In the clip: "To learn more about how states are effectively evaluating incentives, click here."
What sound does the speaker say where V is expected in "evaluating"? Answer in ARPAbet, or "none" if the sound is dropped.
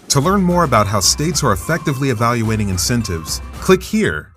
V